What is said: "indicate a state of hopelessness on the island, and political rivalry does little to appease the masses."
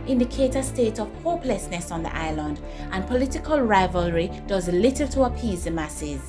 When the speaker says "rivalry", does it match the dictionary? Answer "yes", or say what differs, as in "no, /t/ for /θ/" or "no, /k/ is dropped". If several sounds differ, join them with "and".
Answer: yes